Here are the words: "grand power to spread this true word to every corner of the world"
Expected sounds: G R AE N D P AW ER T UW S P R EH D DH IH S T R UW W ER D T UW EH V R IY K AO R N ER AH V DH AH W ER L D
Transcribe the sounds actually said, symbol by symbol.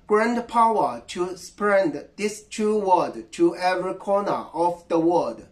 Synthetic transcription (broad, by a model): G R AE N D P AW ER T UW S P R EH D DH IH S T R UW W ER D T UW EH V R IY K AO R N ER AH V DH AH W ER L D